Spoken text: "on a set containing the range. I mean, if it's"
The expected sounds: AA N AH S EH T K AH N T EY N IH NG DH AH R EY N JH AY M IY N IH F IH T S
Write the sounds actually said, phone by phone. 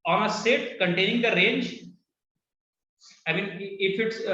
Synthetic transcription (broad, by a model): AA N AH S EH T K AH N T EY N IH NG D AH R EY N JH AY M IY N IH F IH T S